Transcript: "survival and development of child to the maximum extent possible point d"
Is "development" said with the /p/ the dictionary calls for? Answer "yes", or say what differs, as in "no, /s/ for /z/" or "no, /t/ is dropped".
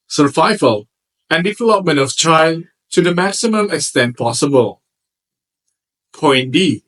yes